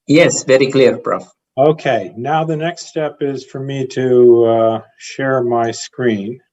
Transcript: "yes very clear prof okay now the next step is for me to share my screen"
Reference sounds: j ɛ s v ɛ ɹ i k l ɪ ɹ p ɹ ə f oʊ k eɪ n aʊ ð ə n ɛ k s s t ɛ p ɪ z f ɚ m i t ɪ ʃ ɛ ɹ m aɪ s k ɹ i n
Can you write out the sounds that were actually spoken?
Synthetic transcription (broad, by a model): j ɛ s v ɛ ɹ i k l ɪ ɹ b ɹ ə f oʊ k eɪ n aʊ ð ə n ɛ k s s t ɛ p ɪ z f ɚ m i t ɪ ʃ ɛ ɹ m aɪ s k ɹ i n